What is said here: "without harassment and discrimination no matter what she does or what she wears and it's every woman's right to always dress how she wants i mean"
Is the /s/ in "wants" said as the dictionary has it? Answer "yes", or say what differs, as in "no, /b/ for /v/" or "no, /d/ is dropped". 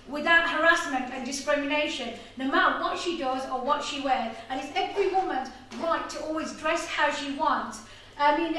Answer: yes